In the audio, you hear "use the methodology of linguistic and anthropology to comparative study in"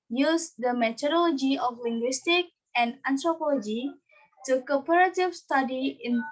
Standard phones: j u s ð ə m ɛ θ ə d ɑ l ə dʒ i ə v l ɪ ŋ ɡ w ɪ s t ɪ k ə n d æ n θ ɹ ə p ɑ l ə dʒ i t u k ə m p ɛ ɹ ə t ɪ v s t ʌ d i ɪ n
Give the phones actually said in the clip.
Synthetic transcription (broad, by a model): j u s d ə m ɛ t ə d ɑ l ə dʒ i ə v l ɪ ŋ ɡ w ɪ s t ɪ k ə n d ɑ n t ɹ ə p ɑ l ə dʒ i t u k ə p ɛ ɹ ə t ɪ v s t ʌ d i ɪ n